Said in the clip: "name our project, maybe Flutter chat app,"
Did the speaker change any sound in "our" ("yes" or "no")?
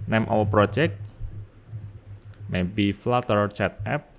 yes